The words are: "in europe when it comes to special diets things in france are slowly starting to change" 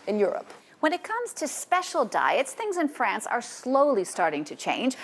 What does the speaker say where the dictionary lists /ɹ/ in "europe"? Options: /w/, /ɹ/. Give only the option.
/ɹ/